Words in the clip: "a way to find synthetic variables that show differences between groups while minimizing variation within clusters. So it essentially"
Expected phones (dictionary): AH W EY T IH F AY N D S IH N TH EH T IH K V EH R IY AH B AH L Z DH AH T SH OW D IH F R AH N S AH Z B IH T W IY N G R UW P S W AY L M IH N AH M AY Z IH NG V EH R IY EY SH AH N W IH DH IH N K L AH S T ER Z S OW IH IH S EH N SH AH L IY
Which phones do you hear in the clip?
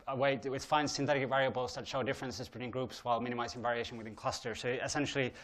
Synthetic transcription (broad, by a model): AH W EY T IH F AY N S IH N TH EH T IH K V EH R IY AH B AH L Z DH AH T SH OW D IH F R AH N S AH Z B IH T W IY N G R UW P S W AY L M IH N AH M AY Z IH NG V EH R IY EY SH AH N W IH DH IH N K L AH S T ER S OW IH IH S EH N SH L IY